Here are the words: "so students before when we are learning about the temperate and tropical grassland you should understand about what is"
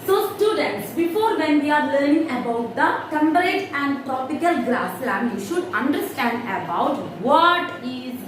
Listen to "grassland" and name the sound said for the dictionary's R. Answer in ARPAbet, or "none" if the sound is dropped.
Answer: L